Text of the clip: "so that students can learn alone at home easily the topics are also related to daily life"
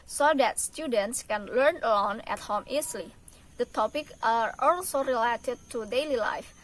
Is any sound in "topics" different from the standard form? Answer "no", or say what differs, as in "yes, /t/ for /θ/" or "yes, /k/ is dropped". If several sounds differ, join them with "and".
yes, /s/ is dropped